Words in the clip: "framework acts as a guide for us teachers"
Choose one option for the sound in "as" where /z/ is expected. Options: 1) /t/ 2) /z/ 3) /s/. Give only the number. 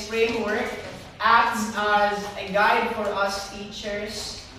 2